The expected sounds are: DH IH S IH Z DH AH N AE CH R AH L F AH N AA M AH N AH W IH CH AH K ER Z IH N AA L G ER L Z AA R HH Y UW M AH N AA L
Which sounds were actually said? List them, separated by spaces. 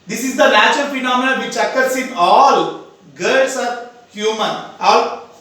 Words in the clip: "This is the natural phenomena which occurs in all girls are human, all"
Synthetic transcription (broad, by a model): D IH S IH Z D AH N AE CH AH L F AH N AA M AH N AH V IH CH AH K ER S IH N AA L G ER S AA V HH Y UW M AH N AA